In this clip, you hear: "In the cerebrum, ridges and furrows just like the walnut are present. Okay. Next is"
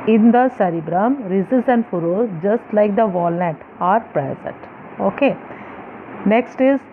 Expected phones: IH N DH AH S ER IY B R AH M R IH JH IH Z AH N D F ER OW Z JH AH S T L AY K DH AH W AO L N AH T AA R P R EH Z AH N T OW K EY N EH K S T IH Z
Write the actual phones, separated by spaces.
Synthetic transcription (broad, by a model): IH N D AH S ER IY B R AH M R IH Z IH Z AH N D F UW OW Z JH AH S T L AY K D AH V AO L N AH T AA R P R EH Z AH N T OW K EY N EH K S T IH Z